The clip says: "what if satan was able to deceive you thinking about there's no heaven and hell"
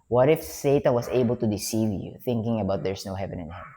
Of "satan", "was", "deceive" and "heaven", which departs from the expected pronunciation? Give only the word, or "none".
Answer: was